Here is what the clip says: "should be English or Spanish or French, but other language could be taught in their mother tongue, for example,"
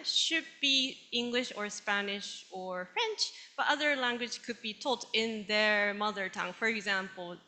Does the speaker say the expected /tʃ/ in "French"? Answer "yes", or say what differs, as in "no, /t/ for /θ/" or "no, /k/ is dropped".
yes